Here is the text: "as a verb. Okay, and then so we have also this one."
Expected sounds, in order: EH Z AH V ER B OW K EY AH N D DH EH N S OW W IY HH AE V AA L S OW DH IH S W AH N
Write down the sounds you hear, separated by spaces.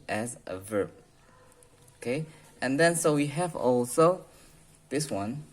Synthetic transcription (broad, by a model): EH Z AH V ER B OW K EY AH N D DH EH N S OW W IY HH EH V AA L S OW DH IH S W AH N